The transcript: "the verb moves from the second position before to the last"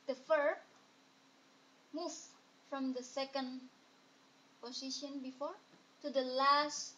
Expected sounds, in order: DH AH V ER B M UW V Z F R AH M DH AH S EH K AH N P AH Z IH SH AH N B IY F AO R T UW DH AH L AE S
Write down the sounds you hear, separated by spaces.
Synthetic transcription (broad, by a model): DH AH F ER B M UW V F R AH M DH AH S EH K AH N P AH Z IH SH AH N B IY F AO R T UW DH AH L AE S